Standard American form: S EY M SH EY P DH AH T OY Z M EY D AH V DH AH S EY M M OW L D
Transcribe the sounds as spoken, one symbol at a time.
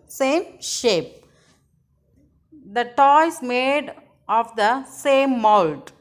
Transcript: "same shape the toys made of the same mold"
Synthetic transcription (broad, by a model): S EY M SH EY P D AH T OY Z M EY D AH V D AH S EY M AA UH L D